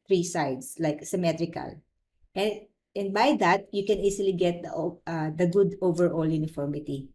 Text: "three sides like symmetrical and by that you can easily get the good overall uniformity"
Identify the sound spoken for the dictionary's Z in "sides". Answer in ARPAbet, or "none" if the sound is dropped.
S